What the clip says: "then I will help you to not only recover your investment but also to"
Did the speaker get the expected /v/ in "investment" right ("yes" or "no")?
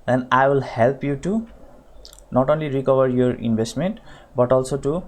no